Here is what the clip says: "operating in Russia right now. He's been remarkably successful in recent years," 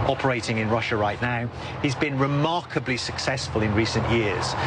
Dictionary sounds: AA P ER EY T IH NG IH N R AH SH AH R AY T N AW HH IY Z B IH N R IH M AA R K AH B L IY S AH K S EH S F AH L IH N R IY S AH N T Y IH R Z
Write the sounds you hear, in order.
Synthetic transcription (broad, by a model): AA P ER EY T IH NG IH N R AH SH AH R AY T N AW HH IY Z B IH N R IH M AA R K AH B L IY S AH K S EH S F AH L IH N R IY S AH N T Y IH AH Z